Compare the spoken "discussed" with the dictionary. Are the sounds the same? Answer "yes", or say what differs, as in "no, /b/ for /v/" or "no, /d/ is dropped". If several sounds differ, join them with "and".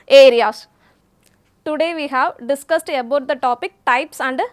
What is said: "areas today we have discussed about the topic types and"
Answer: yes